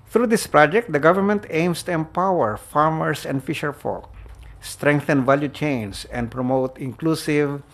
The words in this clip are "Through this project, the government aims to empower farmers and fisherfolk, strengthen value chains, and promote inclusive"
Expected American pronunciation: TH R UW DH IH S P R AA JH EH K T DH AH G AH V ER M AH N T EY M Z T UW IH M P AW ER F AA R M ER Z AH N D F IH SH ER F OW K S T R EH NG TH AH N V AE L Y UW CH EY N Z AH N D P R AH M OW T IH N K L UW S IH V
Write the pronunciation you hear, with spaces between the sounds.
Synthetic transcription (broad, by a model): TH R UW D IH S P R AA JH EH K T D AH G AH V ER M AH N T EY M S T UW IH M P AW ER F AA R M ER S AH N D F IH SH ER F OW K S T R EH NG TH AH N V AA L Y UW CH EY N S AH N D P R AH M OW T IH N K L UW S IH V